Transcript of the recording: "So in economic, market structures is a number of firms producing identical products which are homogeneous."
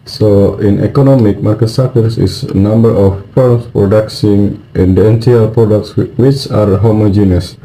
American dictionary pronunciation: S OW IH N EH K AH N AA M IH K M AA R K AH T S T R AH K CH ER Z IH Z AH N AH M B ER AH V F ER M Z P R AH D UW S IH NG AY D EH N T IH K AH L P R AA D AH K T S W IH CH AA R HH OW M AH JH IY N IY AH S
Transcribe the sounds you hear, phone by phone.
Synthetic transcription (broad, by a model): S OW IH N EH K AH N AA M IH K M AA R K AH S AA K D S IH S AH N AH M B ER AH F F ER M S P R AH D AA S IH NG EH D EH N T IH AH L P R AA D AH K T S W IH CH AA R HH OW M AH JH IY N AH S